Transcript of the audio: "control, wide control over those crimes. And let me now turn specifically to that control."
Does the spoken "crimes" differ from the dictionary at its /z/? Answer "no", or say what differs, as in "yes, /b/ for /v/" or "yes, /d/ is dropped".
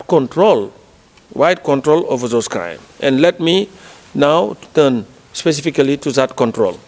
yes, /z/ is dropped